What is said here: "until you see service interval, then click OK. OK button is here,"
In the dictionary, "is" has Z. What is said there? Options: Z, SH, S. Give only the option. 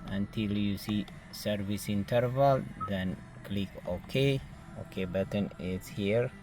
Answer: S